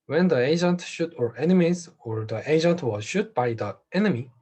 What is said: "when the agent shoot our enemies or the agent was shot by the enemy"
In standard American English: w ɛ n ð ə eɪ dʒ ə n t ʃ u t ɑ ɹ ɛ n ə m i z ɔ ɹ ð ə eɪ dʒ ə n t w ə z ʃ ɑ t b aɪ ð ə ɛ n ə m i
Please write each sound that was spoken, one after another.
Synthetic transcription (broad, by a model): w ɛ n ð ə eɪ dʒ ə n t ʃ u t ɑ ɹ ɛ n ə m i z ɔ ɹ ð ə eɪ dʒ ə n t w ə z ʃ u t b aɪ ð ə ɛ n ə m i